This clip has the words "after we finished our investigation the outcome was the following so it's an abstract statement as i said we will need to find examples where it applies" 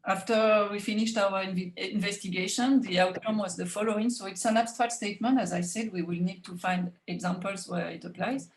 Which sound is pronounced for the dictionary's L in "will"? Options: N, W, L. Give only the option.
L